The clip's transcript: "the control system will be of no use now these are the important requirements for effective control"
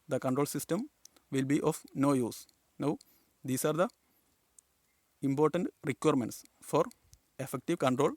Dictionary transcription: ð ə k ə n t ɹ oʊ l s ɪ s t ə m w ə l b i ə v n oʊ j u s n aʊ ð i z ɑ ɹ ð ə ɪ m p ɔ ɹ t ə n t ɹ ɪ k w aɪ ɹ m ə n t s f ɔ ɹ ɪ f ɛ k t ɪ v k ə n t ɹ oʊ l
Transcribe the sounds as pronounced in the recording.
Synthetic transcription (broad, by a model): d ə k ə n t ɹ oʊ l s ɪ s t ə m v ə l b i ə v n oʊ j u s n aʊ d i s ɑ ɹ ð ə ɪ m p ɔ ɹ t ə n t ɹ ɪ k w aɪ ɹ m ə n t s f ɔ ɹ ɪ f ɛ k t ɪ v k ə n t ɹ oʊ l